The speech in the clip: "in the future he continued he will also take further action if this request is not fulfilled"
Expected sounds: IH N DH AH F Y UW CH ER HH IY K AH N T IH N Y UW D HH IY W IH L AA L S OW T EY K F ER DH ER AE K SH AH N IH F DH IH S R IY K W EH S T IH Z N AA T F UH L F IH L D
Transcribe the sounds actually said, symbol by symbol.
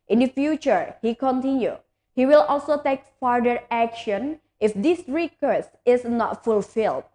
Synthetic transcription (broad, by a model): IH N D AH F Y UW CH ER HH IY K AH N T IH N Y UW HH IY W IH L AA L S OW T EY K F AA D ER AE K SH AH N IH F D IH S R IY K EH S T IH S N AA T F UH L F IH L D